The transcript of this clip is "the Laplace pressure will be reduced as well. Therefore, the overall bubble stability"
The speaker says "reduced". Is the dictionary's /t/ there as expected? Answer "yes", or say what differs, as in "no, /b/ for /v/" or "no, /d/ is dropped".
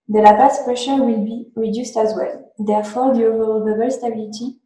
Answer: yes